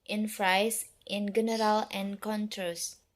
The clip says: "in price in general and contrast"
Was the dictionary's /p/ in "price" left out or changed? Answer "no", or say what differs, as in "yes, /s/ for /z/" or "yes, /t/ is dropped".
yes, /f/ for /p/